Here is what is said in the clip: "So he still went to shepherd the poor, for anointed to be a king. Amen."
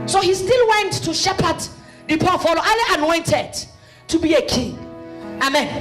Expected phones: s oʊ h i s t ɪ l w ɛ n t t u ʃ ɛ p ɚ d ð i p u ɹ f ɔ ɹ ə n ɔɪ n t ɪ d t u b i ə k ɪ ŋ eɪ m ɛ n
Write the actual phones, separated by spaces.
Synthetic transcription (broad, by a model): s oʊ h i s t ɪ l w ɛ n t t u ʃ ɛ p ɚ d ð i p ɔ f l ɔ l ə n ɔɪ n t ɪ d t u b i ə k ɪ ŋ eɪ m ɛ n